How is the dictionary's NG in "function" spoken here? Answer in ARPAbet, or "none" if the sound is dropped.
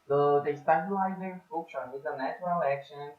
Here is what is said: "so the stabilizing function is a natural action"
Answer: none